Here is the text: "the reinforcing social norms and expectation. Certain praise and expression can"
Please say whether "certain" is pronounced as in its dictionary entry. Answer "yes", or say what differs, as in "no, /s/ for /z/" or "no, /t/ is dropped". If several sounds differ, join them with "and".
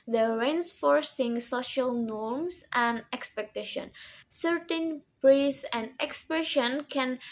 yes